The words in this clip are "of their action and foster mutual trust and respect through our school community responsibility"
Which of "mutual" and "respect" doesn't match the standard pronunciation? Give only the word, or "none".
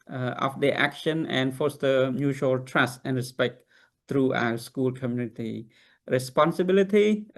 none